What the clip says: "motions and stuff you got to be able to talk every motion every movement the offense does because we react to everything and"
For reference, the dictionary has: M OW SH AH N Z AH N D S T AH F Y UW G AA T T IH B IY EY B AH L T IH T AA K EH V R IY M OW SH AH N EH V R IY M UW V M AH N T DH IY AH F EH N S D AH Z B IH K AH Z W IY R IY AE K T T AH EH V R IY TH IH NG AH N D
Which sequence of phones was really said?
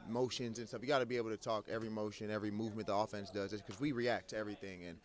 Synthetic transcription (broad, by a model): M OW SH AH N Z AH N S T AH F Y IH G AA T T IH B IY EY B L T IH T AA K EH V R IY M OW SH AH N EH V R IY M UW V M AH N DH IY AH F EH N S D AH Z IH K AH Z W IY R IY AE K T T EH V R IY TH IH NG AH N